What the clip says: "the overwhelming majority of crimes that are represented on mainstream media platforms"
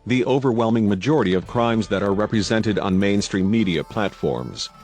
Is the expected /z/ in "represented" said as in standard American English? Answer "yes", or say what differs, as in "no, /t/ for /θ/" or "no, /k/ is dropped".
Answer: yes